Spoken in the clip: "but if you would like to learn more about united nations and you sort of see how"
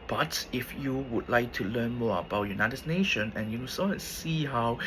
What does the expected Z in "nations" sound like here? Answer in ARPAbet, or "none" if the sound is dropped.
none